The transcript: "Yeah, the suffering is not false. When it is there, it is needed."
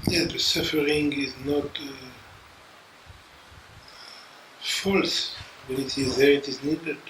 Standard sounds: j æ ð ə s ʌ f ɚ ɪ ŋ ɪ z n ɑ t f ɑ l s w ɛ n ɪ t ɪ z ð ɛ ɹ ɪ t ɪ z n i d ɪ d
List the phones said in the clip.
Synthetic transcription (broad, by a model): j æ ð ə s ʌ f ɚ ɪ ŋ ɪ z n ɑ t f ɑ l s w ɛ n ɪ t ɪ z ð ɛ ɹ ɪ t ɪ z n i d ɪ